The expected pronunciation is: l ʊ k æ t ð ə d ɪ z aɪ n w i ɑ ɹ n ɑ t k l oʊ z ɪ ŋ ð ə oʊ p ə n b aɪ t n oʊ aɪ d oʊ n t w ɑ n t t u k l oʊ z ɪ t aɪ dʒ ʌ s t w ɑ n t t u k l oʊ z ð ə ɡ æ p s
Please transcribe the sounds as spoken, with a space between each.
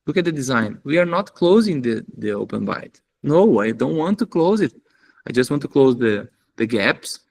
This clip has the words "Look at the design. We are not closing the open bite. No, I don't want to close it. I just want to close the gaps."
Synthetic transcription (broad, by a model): l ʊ k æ t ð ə d ɪ z aɪ n w i ɑ ɹ n ɑ t k l oʊ z ɪ ŋ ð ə oʊ p ə n b aɪ t n oʊ aɪ d oʊ n t w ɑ n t t u k l oʊ z ɪ t aɪ dʒ ʌ s t w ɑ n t t u k l oʊ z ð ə ɡ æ p s